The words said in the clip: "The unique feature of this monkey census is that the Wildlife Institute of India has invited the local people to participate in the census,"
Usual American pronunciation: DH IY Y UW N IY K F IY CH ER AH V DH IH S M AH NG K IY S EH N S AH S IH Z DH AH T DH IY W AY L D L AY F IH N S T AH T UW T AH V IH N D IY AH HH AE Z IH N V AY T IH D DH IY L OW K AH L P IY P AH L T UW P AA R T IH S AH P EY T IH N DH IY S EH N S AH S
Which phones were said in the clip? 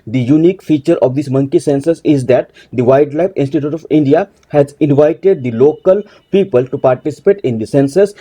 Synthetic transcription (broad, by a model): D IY Y UW N IY K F IY CH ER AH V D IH S M AH NG K IY S EH N S AH S IH Z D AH T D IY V AY D L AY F IH N S T AH T UW T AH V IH N D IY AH HH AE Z IH N V AY T IH D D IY L OW K AH L P IY P AH L T UW P AA R T IH S AH P EY T IH N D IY S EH N S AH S